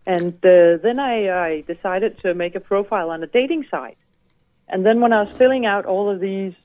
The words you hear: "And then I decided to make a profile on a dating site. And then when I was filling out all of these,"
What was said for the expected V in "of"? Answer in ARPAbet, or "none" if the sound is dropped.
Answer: V